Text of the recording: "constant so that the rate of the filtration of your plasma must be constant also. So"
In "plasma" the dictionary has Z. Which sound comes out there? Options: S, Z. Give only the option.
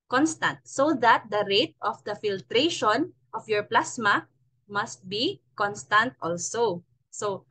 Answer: S